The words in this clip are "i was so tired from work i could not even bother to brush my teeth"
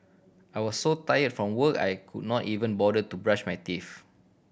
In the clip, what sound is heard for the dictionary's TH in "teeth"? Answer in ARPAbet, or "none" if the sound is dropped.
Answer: F